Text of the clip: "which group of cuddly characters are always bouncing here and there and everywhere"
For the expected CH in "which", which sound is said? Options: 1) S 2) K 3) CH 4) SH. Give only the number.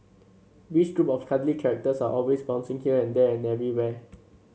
1